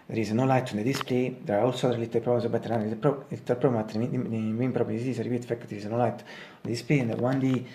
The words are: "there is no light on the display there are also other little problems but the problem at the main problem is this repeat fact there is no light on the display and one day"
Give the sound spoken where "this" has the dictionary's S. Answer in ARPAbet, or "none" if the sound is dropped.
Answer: none